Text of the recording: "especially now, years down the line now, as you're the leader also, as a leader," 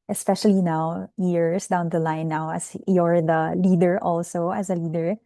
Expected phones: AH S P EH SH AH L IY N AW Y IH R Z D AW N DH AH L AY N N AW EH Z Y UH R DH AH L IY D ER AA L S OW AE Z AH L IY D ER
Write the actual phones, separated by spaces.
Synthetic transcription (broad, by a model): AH S P EH SH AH L IY N AW Y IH R S D AW N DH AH L AY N N AW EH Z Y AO R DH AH L IY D ER AA L S OW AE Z AH L IY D ER